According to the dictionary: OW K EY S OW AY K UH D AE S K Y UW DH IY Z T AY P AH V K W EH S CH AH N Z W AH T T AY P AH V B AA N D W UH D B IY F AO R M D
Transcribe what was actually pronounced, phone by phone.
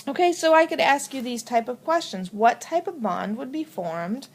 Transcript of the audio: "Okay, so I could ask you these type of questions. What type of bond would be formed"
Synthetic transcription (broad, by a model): OW K EY S OW AY K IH D AE S K Y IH DH IY Z T AY P AH V K W EH S CH AH N Z W AH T T AY P AH V B AA N D W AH D B IY F AO R M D